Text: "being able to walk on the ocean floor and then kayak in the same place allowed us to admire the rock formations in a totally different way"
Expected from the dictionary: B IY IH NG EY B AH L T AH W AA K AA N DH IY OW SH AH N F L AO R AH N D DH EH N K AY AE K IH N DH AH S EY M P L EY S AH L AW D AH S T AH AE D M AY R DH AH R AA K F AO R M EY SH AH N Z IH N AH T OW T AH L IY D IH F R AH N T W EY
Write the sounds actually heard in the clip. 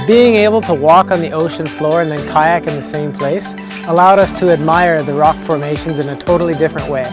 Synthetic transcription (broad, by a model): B IY IH NG EY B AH L T AH W AA K N DH IY OW SH AH N F L AO R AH N DH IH N K AY AE K IH N DH AH S EY M P L EY S AH L AW D AH S T AH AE D M AY R DH AH R AA K F AO R M EY SH AH N Z IH N AH T OW T L IY D IH F R AH N T W EY